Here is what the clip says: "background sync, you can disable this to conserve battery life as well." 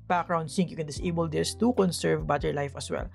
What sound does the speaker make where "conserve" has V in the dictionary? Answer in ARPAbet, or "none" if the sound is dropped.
V